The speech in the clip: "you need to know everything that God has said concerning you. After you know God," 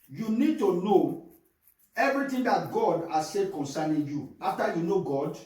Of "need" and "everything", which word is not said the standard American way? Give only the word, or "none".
everything